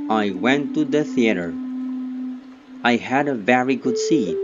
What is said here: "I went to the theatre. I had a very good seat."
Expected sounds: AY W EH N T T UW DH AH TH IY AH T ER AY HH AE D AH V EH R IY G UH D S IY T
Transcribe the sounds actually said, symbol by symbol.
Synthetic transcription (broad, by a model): AY W EH N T T UW DH AH TH IY AH T ER AY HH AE D AH V EH R IY G UH D S IY